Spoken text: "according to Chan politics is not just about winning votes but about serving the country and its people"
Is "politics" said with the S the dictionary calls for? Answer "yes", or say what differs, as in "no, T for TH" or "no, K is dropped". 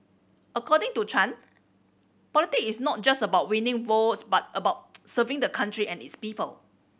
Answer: no, S is dropped